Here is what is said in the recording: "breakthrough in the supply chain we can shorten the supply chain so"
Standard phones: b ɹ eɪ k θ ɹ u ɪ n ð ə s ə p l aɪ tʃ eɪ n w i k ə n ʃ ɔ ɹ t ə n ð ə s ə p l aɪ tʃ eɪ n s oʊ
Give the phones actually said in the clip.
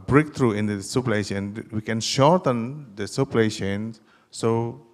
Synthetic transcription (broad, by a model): b ɹ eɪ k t ɹ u ɪ n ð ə s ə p l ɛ ʃ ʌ n w i k ə n ʃ ɔ ɹ t ə n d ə s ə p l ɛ ʃ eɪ n s oʊ